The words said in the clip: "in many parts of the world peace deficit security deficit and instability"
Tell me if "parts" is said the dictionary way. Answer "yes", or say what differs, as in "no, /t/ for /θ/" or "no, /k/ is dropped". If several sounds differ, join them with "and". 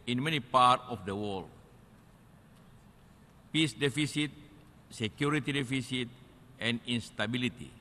no, /s/ is dropped